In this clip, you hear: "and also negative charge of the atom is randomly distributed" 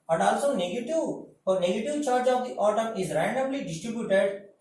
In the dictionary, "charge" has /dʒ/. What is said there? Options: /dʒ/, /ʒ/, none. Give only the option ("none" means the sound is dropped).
/dʒ/